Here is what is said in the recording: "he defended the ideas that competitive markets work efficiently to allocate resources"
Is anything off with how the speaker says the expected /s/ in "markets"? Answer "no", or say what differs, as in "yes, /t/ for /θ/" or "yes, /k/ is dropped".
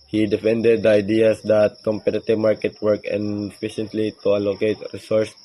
yes, /s/ is dropped